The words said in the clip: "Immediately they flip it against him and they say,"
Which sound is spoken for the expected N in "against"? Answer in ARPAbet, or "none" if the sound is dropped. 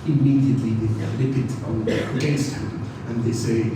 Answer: none